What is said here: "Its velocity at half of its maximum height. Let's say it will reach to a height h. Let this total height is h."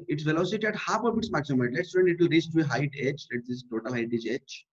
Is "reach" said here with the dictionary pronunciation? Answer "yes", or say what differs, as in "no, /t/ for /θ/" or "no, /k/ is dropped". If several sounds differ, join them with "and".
no, /s/ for /tʃ/